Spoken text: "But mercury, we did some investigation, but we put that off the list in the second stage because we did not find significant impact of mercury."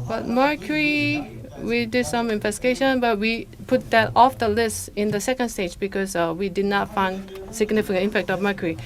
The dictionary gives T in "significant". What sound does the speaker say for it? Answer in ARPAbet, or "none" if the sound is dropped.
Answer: none